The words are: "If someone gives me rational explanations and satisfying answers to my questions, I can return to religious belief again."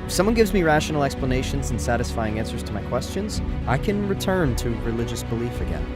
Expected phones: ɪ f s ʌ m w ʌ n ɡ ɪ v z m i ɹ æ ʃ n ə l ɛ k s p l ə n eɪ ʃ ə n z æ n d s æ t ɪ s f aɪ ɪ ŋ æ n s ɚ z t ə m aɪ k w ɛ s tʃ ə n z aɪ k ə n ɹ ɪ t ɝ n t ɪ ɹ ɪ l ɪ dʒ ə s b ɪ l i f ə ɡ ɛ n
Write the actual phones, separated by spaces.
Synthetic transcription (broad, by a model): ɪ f s ʌ m w ʌ n ɡ ɪ v z m i ɹ æ ʃ n l ɛ k s p l ə n eɪ ʃ ə n z n s æ t ɪ s f aɪ ɪ ŋ æ n s ɚ z t ə m aɪ k w ɛ s tʃ ə n z aɪ k ə n ɹ ɪ t ɝ n t ɪ ɹ ɪ l ɪ dʒ ə s b ɪ l i f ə ɡ ɛ n